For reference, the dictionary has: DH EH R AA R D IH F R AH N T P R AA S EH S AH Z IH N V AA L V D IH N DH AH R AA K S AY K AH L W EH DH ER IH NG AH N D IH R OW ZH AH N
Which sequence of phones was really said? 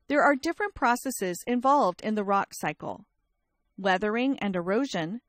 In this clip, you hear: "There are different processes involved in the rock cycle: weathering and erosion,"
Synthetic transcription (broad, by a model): DH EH R AA R D IH F R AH N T P R AA S EH S AH Z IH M V AA L V D IH N DH AH R AA K S AY K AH L W EH DH ER IH NG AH N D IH R OW ZH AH N